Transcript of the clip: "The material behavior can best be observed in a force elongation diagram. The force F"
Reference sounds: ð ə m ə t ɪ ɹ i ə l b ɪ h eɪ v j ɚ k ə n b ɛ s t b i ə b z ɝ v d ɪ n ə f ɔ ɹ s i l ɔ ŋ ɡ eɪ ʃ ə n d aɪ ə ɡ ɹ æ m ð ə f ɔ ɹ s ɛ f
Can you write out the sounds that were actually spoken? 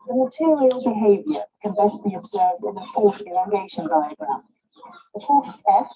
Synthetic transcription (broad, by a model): ð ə m ə t ɪ ɹ i ə l b ɪ h eɪ v j ɚ k ə n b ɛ s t b i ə b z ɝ v d ɪ n ə f ɔ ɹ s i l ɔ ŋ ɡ eɪ ʃ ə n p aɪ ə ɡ ɹ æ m ð ə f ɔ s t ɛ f